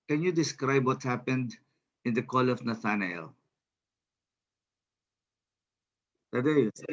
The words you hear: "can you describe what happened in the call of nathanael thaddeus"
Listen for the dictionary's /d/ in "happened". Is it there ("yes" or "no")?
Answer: yes